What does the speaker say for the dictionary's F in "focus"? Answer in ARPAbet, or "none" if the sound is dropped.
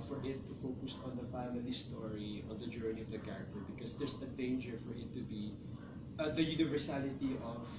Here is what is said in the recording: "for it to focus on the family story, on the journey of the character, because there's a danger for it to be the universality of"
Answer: F